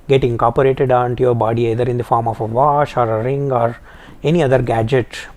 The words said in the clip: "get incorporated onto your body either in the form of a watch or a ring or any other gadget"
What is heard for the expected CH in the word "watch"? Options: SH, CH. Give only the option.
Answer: SH